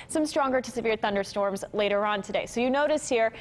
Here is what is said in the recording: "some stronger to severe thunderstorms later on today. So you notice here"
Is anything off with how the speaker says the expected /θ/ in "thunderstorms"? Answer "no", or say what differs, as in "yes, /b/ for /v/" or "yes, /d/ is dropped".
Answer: no